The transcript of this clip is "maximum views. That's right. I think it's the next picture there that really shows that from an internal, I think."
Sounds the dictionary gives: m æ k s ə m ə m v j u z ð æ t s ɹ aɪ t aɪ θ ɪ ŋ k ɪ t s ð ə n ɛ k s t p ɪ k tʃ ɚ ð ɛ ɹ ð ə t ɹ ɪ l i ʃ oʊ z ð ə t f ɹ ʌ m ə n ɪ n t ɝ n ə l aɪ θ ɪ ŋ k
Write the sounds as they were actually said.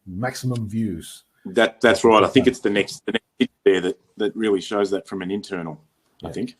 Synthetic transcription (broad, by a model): m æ k s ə m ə m v j u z ð æ t s ɹ aɪ t aɪ θ ɪ ŋ k ɪ t s ð ə n ɛ k s t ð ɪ k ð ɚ ð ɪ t ð ə t ɹ ɪ l i ʃ oʊ z ð ə t f ɹ ʌ m ə n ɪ n t ɝ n l aɪ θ ɪ ŋ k